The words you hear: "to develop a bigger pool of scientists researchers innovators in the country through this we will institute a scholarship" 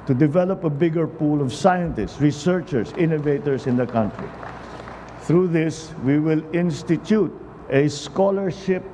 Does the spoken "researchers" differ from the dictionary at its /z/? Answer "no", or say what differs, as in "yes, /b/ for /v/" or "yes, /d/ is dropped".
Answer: yes, /s/ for /z/